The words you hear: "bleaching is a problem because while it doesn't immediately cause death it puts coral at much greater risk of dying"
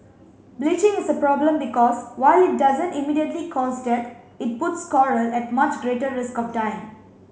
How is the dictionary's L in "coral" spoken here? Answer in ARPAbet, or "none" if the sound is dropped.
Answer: L